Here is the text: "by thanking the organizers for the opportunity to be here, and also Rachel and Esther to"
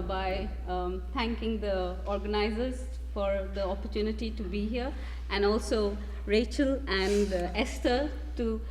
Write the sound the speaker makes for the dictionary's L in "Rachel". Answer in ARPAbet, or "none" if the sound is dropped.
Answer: L